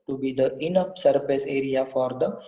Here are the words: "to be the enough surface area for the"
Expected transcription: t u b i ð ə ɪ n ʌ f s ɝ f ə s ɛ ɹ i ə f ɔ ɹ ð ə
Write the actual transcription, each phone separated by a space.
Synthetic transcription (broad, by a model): t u b i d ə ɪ n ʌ p s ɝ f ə s ɛ ɹ i ə f ɔ ɹ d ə